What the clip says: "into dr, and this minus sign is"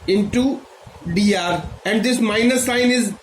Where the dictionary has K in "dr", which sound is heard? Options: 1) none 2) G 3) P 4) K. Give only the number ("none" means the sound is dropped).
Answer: 1